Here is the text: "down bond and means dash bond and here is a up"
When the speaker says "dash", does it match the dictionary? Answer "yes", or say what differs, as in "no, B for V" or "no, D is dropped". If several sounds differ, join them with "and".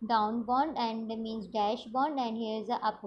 yes